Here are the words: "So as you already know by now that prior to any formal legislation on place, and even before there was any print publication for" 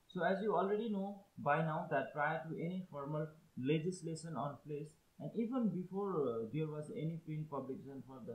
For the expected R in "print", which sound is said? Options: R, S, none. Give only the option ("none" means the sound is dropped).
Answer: none